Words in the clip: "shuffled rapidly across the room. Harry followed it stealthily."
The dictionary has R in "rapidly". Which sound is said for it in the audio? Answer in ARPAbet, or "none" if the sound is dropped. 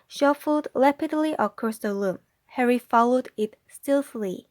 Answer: L